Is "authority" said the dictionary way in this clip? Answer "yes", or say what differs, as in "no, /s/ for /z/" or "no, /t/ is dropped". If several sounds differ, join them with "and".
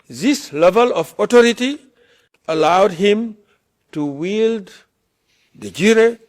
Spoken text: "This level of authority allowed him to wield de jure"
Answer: no, /t/ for /θ/